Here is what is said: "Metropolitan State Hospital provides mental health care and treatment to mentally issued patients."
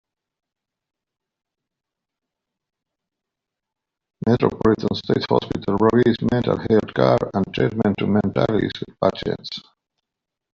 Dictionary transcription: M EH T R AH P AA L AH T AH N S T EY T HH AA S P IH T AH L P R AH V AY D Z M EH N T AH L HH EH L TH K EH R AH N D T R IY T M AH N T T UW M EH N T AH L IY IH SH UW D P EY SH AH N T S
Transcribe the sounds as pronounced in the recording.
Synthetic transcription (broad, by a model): M EH T R AH P AA L AH T AH N S T EY T HH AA S P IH T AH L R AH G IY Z M EH N T AH L HH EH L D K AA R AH N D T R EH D M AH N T T UW M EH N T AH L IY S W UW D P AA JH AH T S